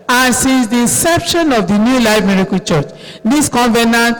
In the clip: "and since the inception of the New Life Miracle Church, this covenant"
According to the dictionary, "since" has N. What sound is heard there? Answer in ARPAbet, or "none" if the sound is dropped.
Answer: none